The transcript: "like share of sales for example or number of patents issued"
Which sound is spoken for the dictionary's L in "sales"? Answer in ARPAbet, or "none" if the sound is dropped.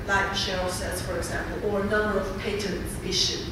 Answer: none